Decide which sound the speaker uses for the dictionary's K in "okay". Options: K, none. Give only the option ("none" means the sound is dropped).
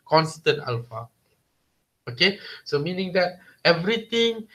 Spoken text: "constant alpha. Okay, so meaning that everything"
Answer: K